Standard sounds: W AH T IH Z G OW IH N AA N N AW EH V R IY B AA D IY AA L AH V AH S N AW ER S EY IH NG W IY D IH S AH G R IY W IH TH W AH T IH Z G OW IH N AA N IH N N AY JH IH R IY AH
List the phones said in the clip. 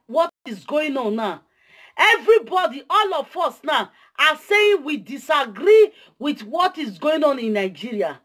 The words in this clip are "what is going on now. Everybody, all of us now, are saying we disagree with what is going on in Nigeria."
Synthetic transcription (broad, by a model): W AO T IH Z G OW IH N AA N N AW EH V R IY B AA D IY AA L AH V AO S N AW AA S EY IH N W IY D IH S AH G R IY W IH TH W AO T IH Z G OW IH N AA N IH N N AY JH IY R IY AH